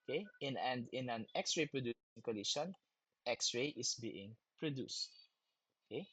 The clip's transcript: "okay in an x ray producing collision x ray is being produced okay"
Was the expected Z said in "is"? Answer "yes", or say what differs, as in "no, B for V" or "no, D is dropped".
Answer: no, S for Z